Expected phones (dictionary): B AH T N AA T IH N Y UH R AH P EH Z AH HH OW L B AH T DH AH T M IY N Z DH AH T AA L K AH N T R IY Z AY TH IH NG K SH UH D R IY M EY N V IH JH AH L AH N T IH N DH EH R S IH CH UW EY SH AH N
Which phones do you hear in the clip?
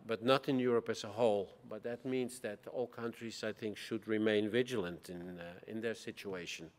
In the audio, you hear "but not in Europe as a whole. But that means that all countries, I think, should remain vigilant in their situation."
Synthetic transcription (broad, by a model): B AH T N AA T IH N Y UH R AH P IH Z AH HH OW L B AH T DH AH T M IY N Z DH AH T AA L K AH N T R IY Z AY TH IH NG K SH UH D R IY M EY N V IH JH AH L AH N T IH N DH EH R S IH CH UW EY SH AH N